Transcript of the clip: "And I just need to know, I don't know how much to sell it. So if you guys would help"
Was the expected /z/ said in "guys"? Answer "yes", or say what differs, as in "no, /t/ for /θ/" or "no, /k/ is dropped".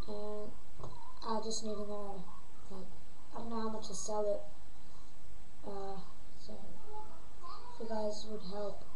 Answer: yes